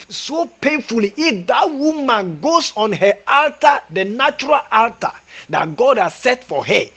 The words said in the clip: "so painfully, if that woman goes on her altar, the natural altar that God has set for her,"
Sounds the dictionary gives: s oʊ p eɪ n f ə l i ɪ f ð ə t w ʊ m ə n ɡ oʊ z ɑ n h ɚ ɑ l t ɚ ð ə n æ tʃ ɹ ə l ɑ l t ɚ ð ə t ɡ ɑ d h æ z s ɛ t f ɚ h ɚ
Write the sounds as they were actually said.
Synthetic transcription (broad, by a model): s oʊ p eɪ n f ə l i ɪ f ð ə t w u m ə n ɡ oʊ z ɑ n h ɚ ɑ l t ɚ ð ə n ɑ tʃ ɹ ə l ɑ l t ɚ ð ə t ɡ ɑ d h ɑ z s ɛ t f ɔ h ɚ